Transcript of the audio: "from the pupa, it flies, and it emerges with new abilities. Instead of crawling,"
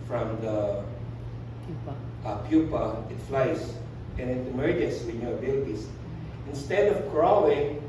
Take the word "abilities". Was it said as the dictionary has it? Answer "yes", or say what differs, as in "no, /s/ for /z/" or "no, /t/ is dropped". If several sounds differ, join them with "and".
no, /s/ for /z/